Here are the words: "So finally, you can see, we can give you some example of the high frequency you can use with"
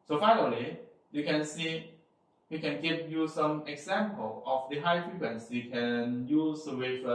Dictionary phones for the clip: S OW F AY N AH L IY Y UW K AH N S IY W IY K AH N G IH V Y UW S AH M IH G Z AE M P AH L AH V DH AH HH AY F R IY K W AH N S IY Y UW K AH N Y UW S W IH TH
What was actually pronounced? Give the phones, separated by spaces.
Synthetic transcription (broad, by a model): S OW F AY N AH L IY Y UW K AH N S IY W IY K AH N G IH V Y UW S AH M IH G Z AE M P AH L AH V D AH HH AY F R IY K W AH N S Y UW K AH N Y UW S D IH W